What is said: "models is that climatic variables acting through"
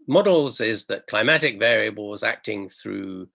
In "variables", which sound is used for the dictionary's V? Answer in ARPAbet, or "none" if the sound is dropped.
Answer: V